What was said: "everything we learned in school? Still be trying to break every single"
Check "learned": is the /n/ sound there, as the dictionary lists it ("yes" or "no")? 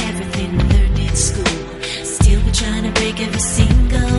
no